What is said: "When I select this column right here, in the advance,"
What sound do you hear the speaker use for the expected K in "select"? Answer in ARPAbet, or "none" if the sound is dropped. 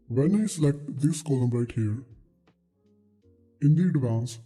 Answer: K